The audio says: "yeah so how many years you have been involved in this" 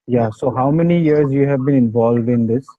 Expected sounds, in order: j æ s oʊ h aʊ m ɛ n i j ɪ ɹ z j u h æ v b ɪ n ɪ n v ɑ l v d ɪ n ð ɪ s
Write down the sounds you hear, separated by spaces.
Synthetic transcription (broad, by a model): j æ s oʊ h aʊ m ɛ n i j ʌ ɹ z j u h æ v b ɪ n ɪ n v ɑ l v d ɪ n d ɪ s